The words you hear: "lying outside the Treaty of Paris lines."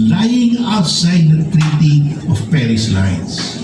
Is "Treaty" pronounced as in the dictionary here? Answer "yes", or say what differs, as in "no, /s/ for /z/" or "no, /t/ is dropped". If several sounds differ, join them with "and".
yes